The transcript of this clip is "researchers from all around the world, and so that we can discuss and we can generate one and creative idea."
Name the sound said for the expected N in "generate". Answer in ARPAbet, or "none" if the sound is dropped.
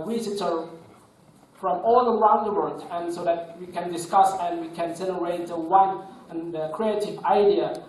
L